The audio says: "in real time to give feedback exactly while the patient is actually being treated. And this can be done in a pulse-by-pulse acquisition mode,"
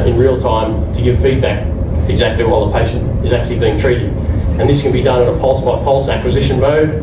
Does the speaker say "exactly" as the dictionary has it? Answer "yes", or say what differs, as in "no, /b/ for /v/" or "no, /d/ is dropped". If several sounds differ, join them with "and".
yes